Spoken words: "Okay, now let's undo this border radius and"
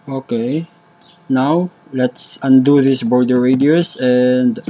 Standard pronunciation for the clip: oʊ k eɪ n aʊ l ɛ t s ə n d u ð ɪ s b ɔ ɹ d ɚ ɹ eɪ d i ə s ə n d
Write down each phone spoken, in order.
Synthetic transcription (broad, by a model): oʊ k eɪ n aʊ l ɛ t s ə n d u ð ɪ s b ɔ ɹ d ɚ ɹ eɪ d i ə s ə n d